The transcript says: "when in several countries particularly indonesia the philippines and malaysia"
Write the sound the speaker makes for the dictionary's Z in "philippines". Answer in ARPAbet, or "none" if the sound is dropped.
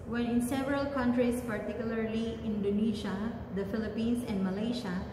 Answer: S